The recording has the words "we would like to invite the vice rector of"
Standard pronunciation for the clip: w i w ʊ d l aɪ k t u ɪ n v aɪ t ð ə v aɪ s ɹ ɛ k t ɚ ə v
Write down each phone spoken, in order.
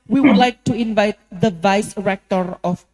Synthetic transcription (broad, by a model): w i w ʊ d l aɪ k t u ɪ n v aɪ t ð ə v aɪ s ɹ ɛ k t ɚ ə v